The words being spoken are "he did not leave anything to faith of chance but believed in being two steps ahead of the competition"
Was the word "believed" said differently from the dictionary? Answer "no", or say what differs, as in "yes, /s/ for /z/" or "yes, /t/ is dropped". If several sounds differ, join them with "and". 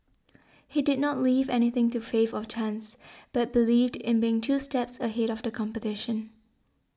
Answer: no